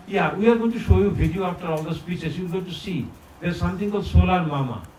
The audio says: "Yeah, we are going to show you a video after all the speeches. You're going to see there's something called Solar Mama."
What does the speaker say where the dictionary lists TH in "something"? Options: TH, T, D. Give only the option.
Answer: T